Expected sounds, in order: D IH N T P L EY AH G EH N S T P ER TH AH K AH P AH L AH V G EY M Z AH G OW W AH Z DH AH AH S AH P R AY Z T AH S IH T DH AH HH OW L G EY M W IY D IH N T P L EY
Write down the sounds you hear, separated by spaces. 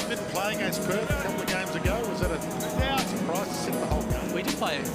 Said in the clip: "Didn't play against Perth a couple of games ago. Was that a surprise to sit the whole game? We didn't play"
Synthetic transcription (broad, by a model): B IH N P L EY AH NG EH S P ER AH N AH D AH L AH G EY M Z AH G OW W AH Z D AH AH S AH P R AY Z T AH S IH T DH AH HH OW L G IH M W IY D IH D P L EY